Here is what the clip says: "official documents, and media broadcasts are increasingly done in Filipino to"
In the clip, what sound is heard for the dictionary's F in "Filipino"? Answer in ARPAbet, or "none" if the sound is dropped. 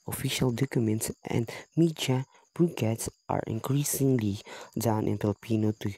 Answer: P